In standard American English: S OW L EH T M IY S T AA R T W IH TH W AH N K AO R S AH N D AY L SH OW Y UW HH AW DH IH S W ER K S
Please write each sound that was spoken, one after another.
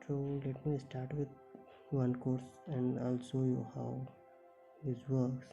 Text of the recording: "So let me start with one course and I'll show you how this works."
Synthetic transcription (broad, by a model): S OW L EH T M IY S T AA R T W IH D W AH N K AO R S AH N D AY L S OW Y UW HH AW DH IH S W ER K S